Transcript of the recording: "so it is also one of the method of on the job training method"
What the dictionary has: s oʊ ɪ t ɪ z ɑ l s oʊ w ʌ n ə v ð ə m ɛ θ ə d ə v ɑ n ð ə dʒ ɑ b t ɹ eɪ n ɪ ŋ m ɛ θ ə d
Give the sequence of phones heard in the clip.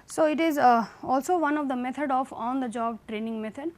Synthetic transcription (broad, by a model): s oʊ ɪ t ɪ z ɑ l s oʊ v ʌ n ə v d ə m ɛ t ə d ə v ɑ n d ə dʒ ɑ b t ɹ eɪ n ɪ ŋ m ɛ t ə d